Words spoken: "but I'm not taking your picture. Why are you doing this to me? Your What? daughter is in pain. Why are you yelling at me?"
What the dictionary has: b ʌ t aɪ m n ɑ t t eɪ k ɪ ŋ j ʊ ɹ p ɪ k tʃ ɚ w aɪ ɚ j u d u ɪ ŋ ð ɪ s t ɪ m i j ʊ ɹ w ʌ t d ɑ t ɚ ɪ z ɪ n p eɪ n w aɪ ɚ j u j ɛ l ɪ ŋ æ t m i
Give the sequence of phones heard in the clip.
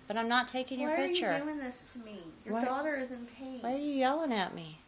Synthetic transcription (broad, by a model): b ʌ t aɪ m n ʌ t t eɪ k ɪ ŋ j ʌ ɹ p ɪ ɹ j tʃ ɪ ɚ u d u ɪ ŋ ð ɪ s t ɪ m i j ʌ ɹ d ɑ t ɚ ɪ z ɪ n p eɪ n w aɪ ɚ j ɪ j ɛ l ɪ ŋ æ t m i